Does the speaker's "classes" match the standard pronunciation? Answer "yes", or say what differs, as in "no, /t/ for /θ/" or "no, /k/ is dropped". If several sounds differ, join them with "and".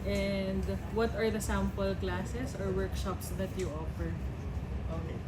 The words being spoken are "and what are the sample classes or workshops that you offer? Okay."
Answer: no, /s/ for /z/